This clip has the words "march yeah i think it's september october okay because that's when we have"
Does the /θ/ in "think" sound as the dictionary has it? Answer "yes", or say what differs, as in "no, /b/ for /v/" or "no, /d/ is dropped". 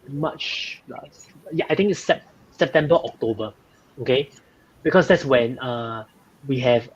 no, /t/ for /θ/